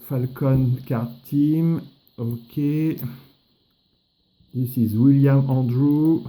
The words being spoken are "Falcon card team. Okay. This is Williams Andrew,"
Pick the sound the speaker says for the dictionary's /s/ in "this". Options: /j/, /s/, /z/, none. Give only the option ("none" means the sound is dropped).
/s/